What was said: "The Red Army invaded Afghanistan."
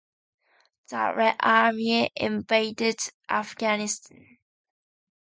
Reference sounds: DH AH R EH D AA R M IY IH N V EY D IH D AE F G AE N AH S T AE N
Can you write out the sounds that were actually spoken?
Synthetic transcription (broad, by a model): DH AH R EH AA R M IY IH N V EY D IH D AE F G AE N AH S T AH N